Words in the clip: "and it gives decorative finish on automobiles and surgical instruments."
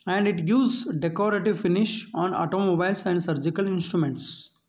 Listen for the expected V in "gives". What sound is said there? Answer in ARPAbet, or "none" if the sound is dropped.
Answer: none